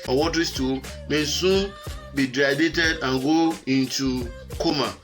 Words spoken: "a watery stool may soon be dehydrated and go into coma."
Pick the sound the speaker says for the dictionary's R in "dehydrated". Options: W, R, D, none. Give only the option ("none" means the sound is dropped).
none